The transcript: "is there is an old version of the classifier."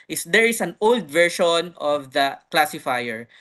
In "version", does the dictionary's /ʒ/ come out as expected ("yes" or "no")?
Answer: no